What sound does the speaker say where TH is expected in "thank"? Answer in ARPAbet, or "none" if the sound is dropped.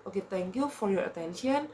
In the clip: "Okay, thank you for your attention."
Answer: T